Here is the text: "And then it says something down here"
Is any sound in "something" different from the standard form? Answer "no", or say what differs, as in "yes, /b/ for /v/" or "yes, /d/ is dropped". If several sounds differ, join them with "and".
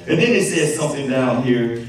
no